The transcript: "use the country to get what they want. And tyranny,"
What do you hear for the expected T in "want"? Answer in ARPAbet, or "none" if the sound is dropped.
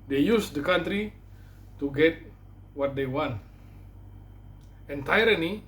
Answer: T